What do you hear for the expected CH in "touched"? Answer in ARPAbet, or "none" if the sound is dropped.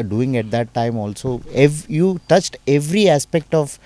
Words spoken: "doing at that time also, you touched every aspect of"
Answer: CH